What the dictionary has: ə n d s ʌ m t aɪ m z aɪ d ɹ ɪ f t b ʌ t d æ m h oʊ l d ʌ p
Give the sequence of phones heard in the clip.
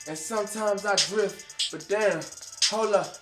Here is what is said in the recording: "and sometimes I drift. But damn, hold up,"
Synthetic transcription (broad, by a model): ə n s ʌ m t aɪ m z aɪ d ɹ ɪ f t b ʌ t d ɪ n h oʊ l ʌ